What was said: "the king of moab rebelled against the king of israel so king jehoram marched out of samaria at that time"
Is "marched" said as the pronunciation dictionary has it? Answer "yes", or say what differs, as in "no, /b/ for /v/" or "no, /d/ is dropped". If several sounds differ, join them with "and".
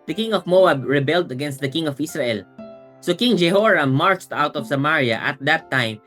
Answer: yes